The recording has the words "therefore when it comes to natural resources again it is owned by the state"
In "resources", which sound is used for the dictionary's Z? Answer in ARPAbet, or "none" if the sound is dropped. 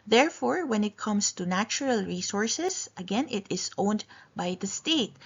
S